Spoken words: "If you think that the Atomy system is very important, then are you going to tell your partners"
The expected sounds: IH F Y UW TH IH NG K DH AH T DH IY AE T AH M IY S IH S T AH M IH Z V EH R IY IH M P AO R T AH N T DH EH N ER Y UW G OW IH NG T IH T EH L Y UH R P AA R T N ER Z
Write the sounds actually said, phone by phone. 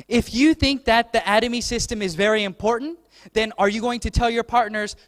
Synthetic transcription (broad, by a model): IH F Y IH TH IH NG K DH AH T DH IY AE T AH M IY S IH S T AH M IH Z V EH R IY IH M P AO R T N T DH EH N ER Y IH G OW IH NG T IH T EH L Y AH R P AA R T N ER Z